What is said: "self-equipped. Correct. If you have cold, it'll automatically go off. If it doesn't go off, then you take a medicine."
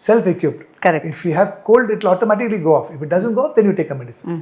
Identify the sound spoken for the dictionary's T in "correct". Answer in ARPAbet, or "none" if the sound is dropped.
none